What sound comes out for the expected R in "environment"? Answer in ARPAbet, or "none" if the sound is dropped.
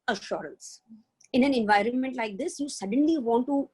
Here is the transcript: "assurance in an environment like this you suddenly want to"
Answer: R